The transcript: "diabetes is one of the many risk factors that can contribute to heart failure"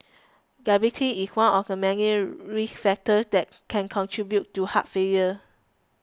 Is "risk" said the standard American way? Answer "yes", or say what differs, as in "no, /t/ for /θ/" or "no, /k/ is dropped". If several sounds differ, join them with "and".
no, /s/ is dropped